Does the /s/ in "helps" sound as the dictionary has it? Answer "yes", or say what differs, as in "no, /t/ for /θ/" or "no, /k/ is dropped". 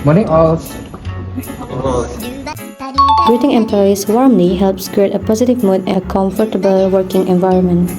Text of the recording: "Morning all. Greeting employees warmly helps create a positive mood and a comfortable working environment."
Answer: yes